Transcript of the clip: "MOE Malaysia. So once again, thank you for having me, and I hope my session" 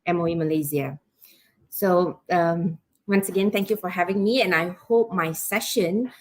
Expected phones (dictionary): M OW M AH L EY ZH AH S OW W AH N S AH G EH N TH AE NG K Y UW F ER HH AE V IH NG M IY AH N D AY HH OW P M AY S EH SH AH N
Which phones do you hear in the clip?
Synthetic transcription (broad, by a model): M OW M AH L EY Z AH S OW W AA N S AH G EH N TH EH NG K Y UW F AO HH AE V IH NG M IY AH N AY HH OW P M AY S EH SH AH N